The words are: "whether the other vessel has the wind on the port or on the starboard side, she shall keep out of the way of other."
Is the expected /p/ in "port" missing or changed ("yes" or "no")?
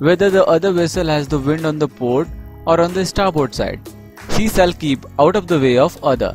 no